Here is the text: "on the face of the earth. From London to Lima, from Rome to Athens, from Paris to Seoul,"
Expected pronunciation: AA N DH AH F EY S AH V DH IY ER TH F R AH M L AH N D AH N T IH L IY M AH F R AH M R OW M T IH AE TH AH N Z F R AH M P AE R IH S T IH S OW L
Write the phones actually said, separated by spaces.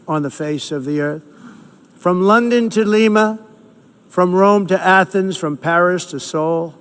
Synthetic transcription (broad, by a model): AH N DH AH F EY S AH V DH IY ER TH F R AH M L AH N D AH N T IH L IY M AH F R AH M R OW M T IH AE TH AH N Z F R AH M P AE R IH S T IH S OW L